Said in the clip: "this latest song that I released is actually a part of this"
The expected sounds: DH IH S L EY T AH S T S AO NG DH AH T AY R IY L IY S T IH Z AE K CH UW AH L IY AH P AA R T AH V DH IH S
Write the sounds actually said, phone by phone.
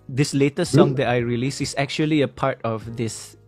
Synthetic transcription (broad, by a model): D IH S L EY T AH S S AO NG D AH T AY R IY L IY S IH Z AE K CH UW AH L IY AH P AA R T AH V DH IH S